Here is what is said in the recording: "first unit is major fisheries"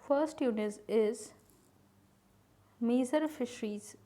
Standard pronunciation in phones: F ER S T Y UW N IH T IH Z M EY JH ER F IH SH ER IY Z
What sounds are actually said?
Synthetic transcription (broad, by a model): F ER S T Y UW N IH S IH Z M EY Z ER F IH SH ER IY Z